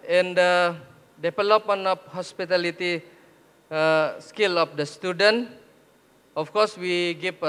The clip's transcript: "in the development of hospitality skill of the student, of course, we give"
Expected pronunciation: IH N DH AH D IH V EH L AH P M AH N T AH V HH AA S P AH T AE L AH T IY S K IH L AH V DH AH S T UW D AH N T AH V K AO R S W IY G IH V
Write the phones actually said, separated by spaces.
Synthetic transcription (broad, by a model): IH N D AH D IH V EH L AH P M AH N AH F HH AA S P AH T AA L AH T IY S K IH L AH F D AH S T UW D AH N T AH F K AO R S W IY G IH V